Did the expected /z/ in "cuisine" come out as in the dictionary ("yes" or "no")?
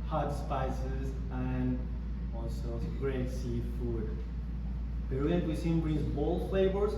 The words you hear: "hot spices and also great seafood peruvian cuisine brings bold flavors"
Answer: no